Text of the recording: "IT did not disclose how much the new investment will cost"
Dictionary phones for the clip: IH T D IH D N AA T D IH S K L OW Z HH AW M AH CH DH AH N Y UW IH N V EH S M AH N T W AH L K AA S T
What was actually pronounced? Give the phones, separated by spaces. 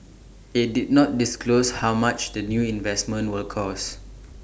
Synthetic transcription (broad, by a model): IH T D IH D N AA T D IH S K L OW S HH AW M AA CH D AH N Y UW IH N V EH S M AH N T W AH L K AA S